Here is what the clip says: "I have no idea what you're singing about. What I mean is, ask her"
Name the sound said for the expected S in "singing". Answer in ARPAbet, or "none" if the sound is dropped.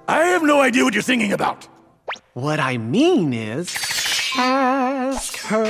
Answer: TH